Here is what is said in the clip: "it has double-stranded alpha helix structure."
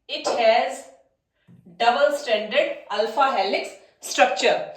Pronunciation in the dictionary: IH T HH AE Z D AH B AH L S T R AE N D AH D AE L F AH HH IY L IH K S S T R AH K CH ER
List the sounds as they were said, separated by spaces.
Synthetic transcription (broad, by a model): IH T HH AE Z D AH B AH L S T AE N D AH D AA L F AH HH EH L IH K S S T R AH K CH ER